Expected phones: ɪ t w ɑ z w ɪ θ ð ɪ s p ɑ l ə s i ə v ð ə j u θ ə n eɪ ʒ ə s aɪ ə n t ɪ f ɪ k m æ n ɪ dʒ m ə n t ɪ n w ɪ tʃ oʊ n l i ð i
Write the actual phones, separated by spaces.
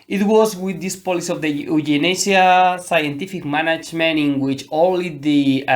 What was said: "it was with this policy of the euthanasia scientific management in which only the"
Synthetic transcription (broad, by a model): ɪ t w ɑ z w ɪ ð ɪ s p ɑ l ə s i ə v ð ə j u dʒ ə n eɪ s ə s aɪ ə n t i f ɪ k m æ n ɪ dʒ m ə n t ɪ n w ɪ tʃ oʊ l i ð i